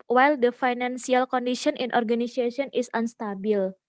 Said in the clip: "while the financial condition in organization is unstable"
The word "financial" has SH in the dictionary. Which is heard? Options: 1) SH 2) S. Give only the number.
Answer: 2